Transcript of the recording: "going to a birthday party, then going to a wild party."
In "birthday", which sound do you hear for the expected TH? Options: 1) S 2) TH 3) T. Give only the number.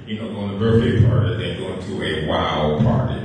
1